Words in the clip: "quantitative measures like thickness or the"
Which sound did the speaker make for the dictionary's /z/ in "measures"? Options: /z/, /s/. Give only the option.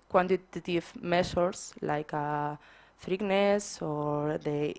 /s/